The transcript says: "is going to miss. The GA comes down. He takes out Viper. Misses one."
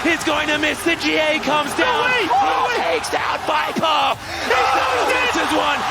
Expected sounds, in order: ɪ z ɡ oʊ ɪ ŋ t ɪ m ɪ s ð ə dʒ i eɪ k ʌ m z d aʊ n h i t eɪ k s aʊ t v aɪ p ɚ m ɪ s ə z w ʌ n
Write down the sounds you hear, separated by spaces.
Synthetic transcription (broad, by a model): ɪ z ɡ oʊ ɪ ŋ t ɪ m ɪ s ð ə dʒ i eɪ k ʌ m z d aʊ n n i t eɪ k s aʊ t b aɪ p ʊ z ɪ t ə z w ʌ n